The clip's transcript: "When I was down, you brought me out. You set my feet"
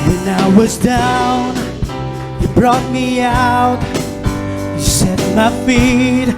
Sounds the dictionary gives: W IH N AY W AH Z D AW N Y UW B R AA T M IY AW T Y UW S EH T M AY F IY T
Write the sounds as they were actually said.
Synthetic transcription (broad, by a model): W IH N AY W AH Z D AW N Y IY B R AA T M IY AW T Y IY S EH T M AY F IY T